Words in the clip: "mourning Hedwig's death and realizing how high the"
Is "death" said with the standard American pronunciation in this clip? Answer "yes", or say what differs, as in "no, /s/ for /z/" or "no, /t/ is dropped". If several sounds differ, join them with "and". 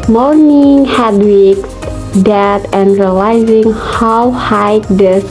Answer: no, /t/ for /θ/